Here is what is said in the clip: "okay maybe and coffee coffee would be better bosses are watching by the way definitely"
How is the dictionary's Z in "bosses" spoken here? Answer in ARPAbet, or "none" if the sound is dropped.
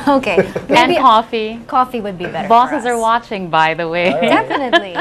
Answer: Z